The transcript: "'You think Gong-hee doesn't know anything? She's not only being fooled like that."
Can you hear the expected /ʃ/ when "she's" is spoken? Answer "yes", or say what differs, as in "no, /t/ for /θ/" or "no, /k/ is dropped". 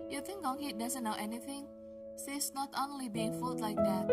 no, /s/ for /ʃ/